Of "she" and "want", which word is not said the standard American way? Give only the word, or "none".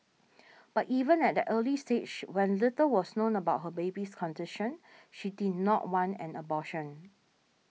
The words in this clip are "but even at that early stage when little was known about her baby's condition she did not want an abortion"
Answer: want